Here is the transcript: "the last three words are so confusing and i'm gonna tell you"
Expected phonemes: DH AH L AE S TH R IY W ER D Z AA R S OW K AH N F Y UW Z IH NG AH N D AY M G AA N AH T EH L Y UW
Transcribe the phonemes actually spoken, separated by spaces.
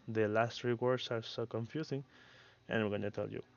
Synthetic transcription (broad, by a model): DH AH L AE S T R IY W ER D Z AA R S OW K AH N F Y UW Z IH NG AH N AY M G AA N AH T EH L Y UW